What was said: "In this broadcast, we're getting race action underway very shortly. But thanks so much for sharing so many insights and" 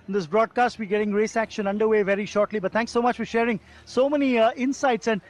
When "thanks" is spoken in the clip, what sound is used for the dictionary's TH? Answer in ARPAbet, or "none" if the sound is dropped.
T